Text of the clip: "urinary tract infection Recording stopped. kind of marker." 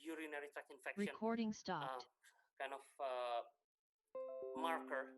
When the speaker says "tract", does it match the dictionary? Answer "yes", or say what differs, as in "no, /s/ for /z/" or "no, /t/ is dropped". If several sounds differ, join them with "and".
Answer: no, /ɹ/ is dropped and /t/ is dropped